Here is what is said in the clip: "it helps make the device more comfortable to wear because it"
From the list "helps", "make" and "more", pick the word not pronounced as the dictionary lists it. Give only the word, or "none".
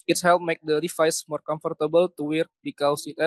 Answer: helps